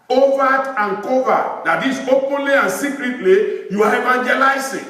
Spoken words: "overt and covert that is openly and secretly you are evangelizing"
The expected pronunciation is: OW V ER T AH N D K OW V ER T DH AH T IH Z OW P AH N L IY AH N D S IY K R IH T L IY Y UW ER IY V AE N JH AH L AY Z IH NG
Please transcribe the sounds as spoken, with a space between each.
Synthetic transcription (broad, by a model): OW V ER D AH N K OW V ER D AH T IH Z OW P AH N L IY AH N S IY K R IH T L IY Y UW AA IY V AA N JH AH L AY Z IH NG